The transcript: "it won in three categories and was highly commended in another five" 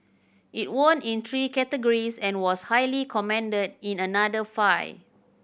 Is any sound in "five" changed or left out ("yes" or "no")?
yes